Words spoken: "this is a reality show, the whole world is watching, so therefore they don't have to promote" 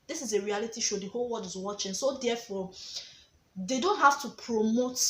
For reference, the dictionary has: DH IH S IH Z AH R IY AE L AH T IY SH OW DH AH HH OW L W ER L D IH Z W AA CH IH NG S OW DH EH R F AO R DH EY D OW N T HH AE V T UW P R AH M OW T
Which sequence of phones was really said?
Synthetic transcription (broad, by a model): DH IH S IH Z AH R IY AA L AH T IY SH OW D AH HH OW L W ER D IH Z W AA CH IH NG S OW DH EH F AO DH EY D OW N T HH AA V T UW P R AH M OW T